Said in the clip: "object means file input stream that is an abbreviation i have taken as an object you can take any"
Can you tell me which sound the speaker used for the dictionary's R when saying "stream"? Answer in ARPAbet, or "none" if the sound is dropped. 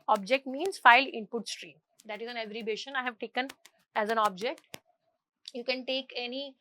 R